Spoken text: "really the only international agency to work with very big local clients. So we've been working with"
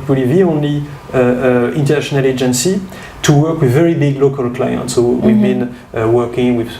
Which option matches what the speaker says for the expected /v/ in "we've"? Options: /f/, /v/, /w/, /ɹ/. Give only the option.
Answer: /v/